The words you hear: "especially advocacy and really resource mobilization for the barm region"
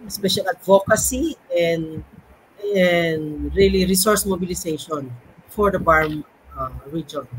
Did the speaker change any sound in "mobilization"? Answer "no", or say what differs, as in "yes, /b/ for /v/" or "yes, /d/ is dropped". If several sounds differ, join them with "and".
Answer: yes, /s/ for /z/